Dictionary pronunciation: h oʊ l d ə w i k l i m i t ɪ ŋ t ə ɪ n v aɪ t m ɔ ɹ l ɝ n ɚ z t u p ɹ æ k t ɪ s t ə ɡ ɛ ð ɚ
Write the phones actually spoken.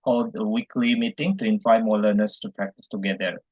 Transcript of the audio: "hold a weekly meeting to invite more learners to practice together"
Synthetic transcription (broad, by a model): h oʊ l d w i k l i m i t ɪ ŋ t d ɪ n f aɪ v m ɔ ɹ l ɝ n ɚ s t u p ɹ æ k t ɪ s t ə ɡ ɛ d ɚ